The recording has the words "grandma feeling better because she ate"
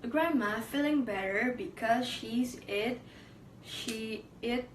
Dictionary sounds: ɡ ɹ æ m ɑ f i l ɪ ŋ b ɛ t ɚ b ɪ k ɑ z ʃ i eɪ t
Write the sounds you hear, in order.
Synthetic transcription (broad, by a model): ɡ ɹ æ m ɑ f i l ɪ ŋ b ɛ t ɚ b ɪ k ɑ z ʃ i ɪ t